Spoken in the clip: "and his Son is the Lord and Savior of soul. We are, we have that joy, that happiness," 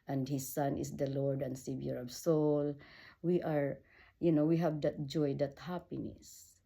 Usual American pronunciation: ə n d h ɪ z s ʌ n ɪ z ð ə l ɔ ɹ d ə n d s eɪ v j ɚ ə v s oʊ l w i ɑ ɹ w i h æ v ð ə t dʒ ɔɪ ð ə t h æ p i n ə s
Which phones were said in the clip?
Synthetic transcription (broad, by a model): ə n d h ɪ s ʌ n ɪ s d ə l ɔ ɹ d ə n d s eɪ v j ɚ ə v s oʊ l w i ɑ ɹ w i h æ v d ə t dʒ ɔɪ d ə t h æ p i n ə s